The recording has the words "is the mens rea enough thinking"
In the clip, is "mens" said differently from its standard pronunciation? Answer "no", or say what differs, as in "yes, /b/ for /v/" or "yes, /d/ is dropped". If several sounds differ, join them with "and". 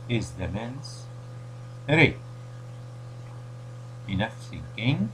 yes, /s/ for /z/